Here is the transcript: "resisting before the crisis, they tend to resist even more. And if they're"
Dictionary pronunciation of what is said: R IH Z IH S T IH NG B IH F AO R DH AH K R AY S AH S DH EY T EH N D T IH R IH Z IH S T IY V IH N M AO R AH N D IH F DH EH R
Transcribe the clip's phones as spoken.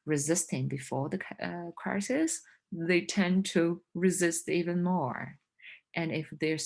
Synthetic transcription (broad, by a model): R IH Z IH S T IH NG B IH F AO R DH AH K R AY S AH S DH EY T EH N T IH R IH Z IH S T IY V IH N M AO R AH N IH F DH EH R